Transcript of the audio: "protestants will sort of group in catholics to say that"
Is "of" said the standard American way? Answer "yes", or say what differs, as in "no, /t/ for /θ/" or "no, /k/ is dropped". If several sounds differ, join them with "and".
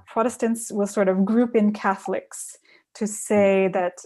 yes